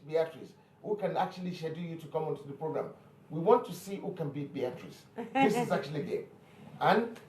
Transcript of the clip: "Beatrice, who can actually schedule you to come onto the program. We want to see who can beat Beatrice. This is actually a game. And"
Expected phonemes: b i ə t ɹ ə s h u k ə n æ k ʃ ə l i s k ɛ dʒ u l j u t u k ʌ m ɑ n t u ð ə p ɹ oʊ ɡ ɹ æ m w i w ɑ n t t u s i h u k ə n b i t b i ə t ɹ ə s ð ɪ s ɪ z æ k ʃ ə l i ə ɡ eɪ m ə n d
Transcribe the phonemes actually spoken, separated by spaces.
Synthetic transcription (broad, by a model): b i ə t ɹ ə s h u k ə n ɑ k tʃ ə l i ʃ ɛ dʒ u j u t u k ʌ m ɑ n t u ð ə p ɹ oʊ ɡ ɹ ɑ m w i w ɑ n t t u s i h u k ə n b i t b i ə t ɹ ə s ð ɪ s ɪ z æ k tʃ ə l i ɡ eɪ ə n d